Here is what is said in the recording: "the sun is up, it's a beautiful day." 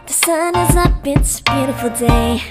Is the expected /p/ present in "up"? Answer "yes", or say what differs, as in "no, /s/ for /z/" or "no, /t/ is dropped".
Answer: no, /b/ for /p/